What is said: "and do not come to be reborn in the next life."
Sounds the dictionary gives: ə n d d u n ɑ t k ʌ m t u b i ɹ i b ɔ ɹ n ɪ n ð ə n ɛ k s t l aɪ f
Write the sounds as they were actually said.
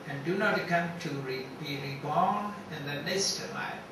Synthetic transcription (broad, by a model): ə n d d u n ɑ t k ʌ m t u b i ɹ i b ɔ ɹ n ɪ n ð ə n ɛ s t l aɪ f